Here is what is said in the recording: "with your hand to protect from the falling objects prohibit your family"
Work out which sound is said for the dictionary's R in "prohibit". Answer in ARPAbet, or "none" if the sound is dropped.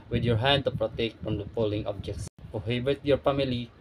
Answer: none